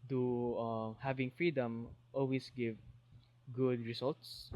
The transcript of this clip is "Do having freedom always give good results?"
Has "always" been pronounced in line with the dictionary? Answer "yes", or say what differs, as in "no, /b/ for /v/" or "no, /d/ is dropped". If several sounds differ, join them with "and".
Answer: no, /s/ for /z/